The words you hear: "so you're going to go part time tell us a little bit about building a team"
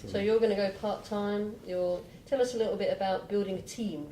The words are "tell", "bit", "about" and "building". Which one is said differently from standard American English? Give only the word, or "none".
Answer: none